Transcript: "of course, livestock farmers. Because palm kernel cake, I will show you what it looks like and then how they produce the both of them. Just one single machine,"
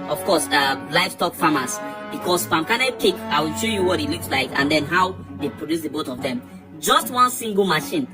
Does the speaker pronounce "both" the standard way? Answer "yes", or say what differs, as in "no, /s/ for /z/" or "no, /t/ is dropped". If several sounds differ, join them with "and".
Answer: no, /t/ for /θ/